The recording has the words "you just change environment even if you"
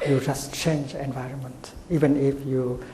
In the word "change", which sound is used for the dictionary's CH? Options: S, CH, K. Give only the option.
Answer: CH